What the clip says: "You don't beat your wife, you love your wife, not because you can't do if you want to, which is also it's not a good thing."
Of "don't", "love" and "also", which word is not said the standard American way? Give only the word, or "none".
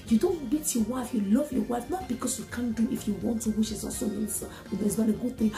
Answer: also